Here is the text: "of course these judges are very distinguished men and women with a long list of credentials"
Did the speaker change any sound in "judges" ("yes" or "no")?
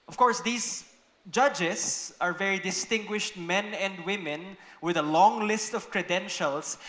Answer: yes